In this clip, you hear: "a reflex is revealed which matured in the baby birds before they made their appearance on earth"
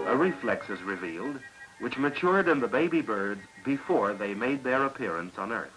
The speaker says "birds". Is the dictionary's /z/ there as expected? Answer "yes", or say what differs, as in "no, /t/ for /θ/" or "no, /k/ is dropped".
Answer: yes